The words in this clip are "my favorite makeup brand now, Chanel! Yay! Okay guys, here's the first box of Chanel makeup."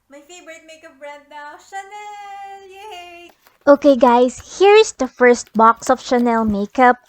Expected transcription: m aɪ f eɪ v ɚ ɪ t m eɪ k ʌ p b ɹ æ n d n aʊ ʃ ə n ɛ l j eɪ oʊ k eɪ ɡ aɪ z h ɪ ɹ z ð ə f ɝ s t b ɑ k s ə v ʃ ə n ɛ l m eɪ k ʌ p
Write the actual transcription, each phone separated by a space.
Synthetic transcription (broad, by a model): m aɪ f eɪ v ɚ ɪ t m eɪ k ʌ p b ɹ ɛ d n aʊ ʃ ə n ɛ l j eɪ oʊ k eɪ ɡ aɪ s h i ɹ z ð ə f ɝ s t b ɑ k s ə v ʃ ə n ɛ l m eɪ k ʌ p